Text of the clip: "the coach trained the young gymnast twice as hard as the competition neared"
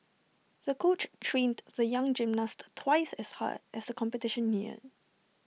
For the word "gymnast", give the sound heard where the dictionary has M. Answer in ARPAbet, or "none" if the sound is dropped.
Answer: M